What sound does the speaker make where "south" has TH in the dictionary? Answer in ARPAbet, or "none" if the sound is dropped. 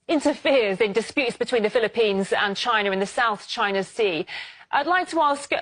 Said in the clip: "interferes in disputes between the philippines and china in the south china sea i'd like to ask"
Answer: TH